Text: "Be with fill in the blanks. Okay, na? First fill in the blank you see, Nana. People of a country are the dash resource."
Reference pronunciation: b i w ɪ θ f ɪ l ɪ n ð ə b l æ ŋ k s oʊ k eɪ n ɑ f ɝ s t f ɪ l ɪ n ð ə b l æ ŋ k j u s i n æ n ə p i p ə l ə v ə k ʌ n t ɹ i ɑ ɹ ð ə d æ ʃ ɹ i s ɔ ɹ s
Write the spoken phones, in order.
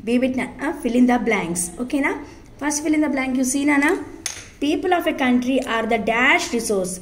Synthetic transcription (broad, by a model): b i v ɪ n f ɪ l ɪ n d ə b l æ ŋ k s oʊ k eɪ n ɑ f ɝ s t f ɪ l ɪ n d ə b l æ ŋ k j u s i n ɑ n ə p i p ə l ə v ə k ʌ n t ɹ i ɑ ɹ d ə d æ ʃ ɹ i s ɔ ɹ s